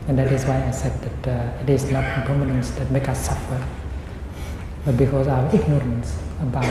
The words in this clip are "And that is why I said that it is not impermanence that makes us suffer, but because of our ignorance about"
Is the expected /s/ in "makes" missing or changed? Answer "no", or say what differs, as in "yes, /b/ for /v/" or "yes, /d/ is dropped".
yes, /s/ is dropped